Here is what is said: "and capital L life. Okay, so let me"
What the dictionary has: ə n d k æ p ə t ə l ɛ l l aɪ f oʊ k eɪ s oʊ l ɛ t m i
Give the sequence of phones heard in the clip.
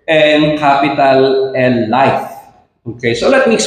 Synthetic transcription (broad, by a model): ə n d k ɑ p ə t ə l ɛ n l aɪ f oʊ k eɪ s oʊ l ɛ t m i